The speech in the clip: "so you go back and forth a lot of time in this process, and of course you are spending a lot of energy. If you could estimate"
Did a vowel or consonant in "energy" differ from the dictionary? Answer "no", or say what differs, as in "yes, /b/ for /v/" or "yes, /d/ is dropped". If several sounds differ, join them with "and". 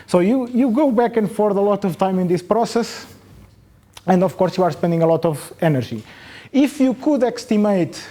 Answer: yes, /ʒ/ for /dʒ/